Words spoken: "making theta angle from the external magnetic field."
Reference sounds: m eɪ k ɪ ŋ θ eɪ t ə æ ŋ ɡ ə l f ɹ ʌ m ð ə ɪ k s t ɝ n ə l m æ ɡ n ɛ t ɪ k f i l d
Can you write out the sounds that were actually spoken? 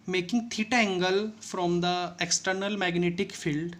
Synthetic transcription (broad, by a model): m eɪ k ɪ ŋ t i t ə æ ŋ ɡ ə l f ɹ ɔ m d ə ɪ k s t ɝ n ə l m æ ɡ n ɛ t ɪ k f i l d